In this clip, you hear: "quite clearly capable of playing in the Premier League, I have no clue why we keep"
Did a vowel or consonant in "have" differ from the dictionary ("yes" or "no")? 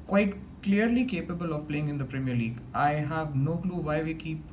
no